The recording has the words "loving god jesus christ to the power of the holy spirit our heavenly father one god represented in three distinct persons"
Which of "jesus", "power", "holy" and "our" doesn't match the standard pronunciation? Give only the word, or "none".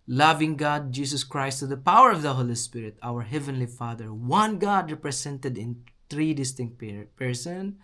jesus